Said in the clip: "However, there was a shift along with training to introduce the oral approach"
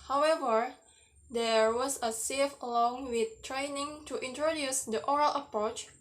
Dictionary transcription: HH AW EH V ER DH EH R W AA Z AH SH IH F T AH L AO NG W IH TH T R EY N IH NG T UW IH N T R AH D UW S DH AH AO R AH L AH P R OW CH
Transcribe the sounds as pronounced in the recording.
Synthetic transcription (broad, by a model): HH AW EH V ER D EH R W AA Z AH S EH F AH L AO NG W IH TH T R EY N IH NG T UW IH N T R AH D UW S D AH AO R AH L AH P R OW CH